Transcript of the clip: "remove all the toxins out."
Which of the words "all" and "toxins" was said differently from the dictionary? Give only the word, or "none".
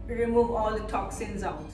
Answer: none